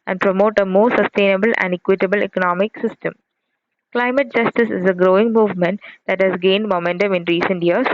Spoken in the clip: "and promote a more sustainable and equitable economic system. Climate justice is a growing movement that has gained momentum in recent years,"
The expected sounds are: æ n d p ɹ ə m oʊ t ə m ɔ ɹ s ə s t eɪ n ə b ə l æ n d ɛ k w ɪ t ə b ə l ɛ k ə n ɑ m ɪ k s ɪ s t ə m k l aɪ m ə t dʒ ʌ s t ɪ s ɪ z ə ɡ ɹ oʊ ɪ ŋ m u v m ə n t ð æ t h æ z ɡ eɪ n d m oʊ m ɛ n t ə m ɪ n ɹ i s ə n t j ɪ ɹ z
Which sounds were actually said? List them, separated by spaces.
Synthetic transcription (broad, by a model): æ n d p ɹ ə m oʊ t ə m ɔ ɹ s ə s t eɪ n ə b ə l æ n d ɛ k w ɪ t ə b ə l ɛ k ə n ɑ m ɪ k s ɪ s t ə m k l aɪ m ə t dʒ ʌ s t ɪ s ɪ z ə ɡ ɹ oʊ ɪ ŋ m u v m ə n t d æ t h æ z ɡ eɪ n d m oʊ m ɛ n t ə m ɪ n ɹ i s ə n t j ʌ ɹ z